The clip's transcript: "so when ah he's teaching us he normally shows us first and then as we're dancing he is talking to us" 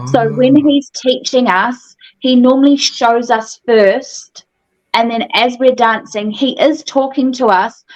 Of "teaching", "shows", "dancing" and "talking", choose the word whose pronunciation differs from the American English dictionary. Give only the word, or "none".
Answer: none